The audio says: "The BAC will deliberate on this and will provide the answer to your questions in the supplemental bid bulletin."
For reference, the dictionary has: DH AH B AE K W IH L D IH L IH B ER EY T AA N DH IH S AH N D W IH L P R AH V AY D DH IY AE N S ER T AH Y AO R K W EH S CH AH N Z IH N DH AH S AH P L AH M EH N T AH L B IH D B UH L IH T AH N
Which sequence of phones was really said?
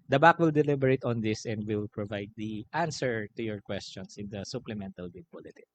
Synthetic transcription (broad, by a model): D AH B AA K W IH L D IH L IH B ER EY T AA N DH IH S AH N D W IH L P R AH V AY D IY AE N S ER T AH Y AO R K W EH S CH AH N S IH N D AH S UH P L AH M EH N T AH L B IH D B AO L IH T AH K